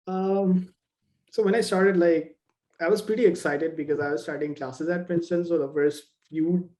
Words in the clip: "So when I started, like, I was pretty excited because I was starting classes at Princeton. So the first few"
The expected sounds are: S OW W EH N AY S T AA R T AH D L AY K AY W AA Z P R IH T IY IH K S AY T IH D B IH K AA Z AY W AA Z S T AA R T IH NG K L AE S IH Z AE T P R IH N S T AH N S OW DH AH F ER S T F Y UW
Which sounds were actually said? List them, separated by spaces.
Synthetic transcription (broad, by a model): S OW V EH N AY S T AA R T AH D L AY K AY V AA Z P R IH T IY IH K S AY T IH D B IH K AA Z AY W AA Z S T AA R T IH NG K L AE S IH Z AE T F R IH N S T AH N S OW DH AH F ER S T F Y UW